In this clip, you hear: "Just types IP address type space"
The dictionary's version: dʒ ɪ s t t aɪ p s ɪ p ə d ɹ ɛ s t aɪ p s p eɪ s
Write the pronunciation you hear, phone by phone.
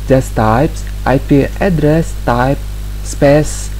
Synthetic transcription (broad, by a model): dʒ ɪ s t t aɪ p s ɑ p ə d ɹ ɛ s t aɪ p s p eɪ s